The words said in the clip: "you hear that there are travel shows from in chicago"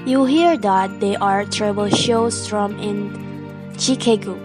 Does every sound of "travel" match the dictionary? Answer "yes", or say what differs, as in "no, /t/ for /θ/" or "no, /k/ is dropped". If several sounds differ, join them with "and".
no, /b/ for /v/